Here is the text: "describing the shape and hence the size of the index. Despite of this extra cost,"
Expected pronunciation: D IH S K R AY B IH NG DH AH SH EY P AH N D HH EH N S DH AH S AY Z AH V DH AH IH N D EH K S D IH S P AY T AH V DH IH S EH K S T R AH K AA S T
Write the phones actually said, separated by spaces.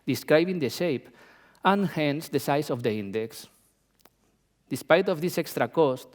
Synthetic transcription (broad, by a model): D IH S K R AY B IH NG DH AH SH EY P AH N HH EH N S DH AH S AY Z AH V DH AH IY N D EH K S D IH S P AY T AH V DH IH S EH K S T R AH K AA S T